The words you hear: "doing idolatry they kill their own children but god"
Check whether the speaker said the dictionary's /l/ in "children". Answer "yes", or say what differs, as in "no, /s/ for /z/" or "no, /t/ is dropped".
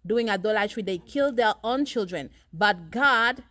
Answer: yes